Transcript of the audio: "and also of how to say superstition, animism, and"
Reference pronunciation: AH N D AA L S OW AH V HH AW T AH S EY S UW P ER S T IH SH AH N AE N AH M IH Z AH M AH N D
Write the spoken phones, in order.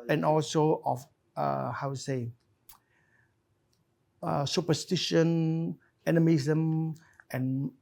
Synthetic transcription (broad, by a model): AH N AA L S OW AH F HH AW S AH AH S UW P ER S T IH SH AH N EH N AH M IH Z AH M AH N